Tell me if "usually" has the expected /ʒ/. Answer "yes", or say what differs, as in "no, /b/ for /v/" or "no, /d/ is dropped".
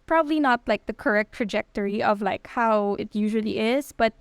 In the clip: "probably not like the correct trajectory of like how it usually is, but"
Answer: yes